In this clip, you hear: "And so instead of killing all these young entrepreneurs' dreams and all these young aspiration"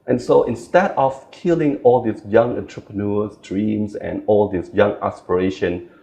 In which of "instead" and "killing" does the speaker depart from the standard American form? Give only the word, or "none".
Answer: none